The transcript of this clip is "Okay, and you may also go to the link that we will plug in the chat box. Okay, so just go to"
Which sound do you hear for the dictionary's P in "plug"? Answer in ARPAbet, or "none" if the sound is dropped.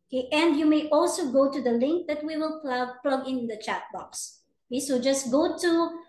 P